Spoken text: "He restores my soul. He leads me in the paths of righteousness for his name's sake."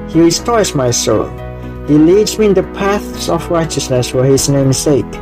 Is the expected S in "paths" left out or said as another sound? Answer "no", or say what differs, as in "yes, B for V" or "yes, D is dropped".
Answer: no